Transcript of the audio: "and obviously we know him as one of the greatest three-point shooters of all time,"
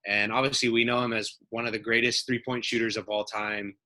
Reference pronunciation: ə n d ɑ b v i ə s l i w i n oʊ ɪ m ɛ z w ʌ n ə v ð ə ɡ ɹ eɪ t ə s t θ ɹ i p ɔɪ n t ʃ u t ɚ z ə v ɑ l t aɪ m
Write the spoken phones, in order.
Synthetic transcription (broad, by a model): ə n ɑ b v i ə s l i w i n oʊ ɪ m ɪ z w ʌ n ə v ð ə ɡ ɹ eɪ t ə s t θ ɹ i p ɔɪ n t ʃ u t ɚ z ə v ɑ l t aɪ m